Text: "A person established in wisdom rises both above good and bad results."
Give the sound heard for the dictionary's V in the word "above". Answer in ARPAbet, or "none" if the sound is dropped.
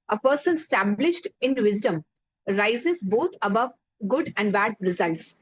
V